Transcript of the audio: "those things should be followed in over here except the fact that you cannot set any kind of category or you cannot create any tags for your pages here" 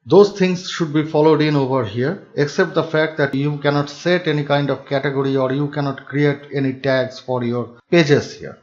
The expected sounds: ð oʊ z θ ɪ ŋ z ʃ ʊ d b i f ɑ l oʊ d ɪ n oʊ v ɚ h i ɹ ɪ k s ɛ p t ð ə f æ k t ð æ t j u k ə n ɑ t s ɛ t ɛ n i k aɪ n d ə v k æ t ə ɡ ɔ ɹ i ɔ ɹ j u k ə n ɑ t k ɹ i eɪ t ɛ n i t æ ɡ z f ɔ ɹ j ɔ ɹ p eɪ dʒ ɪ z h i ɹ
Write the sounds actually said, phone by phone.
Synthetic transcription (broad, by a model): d oʊ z t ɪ ŋ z ʃ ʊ d b i f ɑ l oʊ d ɪ n oʊ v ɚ h i ɹ ɪ k s ɛ p t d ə f æ k t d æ t j u k ə n ɑ t s ɛ t ɛ n i k aɪ n d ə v k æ t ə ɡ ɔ ɹ i ɔ ɹ j u k ə n ɑ t k ɹ i eɪ t ɛ n i t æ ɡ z f ɔ ɹ j ɔ ɹ p eɪ dʒ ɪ s h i ɹ